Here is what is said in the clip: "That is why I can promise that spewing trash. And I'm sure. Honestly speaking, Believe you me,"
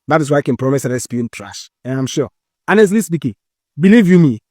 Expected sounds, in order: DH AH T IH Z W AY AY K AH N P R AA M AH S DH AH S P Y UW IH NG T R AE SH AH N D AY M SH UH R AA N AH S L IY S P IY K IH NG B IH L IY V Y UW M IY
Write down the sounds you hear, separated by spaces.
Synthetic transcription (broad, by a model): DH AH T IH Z W AY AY K AH N P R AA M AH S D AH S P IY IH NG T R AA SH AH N AY M SH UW AA N AH S L IY S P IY K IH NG B IH L IY V Y UW M IY